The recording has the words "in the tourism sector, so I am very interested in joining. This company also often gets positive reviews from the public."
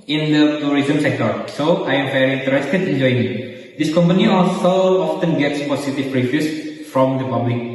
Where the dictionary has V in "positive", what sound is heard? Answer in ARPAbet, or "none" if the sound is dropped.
P